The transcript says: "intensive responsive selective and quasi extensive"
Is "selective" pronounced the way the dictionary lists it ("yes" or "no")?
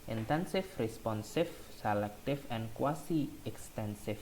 no